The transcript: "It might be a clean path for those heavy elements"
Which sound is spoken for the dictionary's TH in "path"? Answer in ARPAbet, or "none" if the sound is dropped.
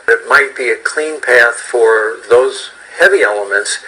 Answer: TH